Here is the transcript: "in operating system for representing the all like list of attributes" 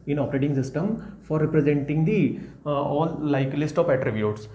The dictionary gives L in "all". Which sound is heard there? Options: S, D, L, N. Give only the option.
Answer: N